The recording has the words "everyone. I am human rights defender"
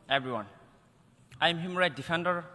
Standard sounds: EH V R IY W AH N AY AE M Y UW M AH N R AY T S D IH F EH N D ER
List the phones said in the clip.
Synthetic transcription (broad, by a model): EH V R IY W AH N AY M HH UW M R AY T D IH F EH N D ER